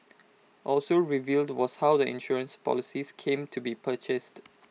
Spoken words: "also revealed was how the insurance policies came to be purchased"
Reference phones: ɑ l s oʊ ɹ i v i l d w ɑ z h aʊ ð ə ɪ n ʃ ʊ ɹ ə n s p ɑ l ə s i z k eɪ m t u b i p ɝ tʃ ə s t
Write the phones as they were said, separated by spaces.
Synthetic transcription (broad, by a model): ɑ l s oʊ ɹ i v i l d w ɑ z h aʊ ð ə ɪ n ʃ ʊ ɹ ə n s p ɑ l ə s i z k eɪ m t u b i p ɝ tʃ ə s t